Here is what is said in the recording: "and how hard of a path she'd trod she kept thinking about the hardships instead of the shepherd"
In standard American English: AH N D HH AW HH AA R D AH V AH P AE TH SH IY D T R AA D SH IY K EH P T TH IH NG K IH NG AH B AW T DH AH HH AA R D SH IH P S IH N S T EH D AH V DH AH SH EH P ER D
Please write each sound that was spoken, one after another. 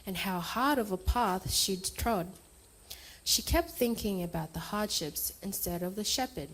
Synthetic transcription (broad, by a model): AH N HH AW HH AA R D AH V AH P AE TH SH IY D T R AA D SH IY K EH P T TH IH NG K IH NG AH B AW T DH AH HH AA R D SH IH P S IH N S T EH D AH V DH AH SH EH P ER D